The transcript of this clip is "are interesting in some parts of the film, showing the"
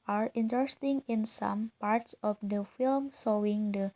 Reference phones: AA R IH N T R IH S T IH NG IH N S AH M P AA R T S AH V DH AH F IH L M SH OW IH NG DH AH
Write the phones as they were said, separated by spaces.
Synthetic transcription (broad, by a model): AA R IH N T R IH S T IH NG IH N S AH M P AA R T S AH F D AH F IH L M S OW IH NG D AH